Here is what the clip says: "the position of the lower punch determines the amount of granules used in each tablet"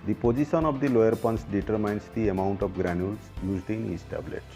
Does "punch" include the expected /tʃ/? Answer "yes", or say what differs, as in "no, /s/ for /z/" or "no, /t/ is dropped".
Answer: no, /s/ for /tʃ/